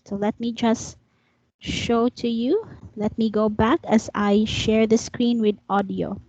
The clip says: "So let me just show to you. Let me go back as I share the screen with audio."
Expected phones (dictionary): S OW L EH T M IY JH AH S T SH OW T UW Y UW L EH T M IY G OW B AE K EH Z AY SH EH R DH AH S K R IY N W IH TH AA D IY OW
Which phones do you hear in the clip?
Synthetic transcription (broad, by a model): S OW L EH T M IY JH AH S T SH OW T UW Y UW L EH T M IY G OW B AE K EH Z AY SH EH R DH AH S K R IY N W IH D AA D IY OW